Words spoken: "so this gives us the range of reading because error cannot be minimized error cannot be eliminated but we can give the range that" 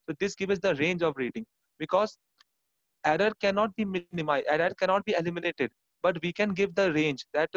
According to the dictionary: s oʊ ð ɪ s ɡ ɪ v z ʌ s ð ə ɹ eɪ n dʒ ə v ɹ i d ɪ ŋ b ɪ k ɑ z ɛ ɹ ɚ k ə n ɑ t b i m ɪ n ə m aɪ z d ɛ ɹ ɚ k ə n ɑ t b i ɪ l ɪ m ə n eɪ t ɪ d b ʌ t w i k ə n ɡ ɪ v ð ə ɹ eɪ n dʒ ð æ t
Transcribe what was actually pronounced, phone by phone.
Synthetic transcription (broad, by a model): s oʊ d ɪ s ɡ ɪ v ʌ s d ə ɹ eɪ n dʒ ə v ɹ i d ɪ ŋ b ɪ k ɑ z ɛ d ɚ k ə n ɑ t b i m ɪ n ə m aɪ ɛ d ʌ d k ə n ɑ t b i ɪ l ɪ m ə n eɪ t ɪ d b ʌ t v i k ə n ɡ ɪ v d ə ɹ eɪ n dʒ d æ t